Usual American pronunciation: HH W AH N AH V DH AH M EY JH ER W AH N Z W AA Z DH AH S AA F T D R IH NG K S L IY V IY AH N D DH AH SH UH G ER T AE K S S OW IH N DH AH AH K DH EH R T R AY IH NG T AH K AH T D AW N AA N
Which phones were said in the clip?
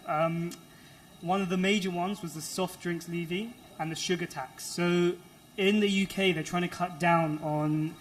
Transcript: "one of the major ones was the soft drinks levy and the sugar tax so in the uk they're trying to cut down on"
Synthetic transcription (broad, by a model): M W AH N AH V DH AH M EY JH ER W AH N Z W AA Z DH AH S AA F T D R IH NG K S L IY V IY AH N DH AH SH UH G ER T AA K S S OW IH N DH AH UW K DH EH T R AY IH NG T AH K AH T D AW N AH N